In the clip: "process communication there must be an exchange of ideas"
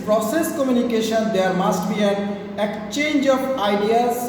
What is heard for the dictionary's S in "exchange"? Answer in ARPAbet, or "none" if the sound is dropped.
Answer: none